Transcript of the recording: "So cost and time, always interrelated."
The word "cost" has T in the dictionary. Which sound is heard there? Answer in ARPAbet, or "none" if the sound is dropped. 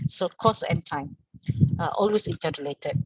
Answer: none